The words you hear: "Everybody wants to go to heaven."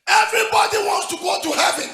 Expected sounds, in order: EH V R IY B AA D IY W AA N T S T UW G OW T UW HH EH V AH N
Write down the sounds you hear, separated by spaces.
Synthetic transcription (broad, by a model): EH V R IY B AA D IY W AA N T S T UW G OW T UW HH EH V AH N